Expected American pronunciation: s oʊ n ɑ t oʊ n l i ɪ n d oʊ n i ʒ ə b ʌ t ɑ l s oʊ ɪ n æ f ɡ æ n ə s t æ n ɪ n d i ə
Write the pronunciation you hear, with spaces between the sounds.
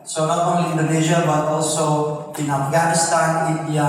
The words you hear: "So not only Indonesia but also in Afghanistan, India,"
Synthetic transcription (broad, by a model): s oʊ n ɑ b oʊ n i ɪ n d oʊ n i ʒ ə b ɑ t ɑ l s oʊ ɪ n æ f ɡ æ n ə s t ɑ n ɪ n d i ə